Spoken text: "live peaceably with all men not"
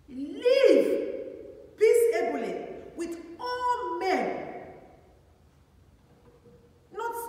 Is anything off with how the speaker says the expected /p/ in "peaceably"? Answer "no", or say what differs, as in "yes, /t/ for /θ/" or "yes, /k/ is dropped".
yes, /b/ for /p/